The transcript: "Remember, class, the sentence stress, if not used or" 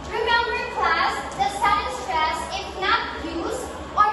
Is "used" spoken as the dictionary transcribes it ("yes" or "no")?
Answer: no